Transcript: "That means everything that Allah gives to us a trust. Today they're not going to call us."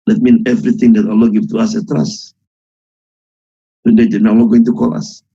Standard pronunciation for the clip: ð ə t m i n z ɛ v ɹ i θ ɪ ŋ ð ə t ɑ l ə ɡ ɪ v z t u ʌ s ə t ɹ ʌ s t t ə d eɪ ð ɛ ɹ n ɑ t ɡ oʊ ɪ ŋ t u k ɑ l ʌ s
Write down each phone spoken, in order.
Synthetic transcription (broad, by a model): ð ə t m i n ɛ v ɹ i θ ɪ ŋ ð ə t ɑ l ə ɡ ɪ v t u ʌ s ə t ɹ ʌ s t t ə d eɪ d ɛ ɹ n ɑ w ɡ oʊ ɪ ŋ t u k ɑ l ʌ s